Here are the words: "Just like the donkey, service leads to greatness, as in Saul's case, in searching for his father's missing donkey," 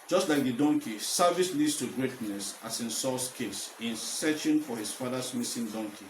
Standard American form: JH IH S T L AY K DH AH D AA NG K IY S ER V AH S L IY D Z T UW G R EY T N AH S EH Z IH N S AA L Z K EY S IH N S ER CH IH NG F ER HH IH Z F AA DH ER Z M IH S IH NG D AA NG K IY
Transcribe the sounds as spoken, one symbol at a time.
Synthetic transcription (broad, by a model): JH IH S T L AY K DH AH D AA NG K IY S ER V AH S L IY D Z T UW G R EY T N AH S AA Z IH N S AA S K EY S IH N S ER CH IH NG F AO HH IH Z F AA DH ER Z M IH S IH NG D AA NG K IY